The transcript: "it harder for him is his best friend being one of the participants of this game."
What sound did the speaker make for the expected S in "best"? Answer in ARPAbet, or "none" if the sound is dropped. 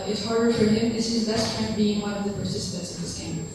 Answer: none